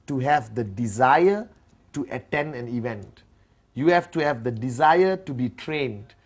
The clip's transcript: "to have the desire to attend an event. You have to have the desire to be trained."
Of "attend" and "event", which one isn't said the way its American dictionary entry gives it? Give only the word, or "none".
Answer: none